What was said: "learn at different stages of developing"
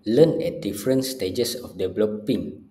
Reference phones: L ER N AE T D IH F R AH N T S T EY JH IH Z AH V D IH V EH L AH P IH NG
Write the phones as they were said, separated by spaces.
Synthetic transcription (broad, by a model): L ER N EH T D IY F R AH N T S T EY JH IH S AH F D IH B L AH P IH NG